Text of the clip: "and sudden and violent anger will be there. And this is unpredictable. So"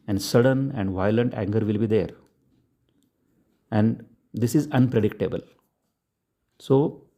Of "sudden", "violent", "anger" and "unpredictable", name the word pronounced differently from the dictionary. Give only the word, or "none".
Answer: none